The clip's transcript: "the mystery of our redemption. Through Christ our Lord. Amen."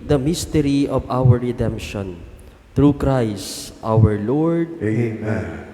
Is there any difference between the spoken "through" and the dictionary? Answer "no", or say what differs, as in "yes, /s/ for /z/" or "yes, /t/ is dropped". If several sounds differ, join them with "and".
yes, /t/ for /θ/